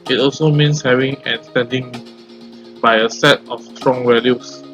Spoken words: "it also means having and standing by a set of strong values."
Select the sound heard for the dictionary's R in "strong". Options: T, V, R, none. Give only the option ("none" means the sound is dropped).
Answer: R